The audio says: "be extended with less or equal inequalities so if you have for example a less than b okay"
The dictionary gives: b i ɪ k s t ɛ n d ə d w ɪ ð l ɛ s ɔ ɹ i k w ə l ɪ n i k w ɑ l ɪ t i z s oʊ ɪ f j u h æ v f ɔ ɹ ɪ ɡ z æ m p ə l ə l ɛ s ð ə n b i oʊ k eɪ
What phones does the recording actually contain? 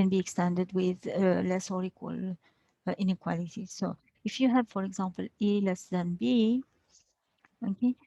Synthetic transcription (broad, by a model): b i ɪ k s t ɛ n d ə d w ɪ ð l ɛ s ɔ ɹ i k w ə l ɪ n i k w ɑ l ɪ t i s oʊ ɪ f j u h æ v f ɔ ɹ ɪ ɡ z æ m p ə l ə l ɛ s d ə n b i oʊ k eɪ